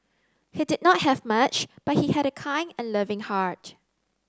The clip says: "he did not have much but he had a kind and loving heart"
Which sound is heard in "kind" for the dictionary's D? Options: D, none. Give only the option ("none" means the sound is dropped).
none